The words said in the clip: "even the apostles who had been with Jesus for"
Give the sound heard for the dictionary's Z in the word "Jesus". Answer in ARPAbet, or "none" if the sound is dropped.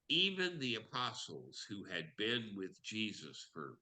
Z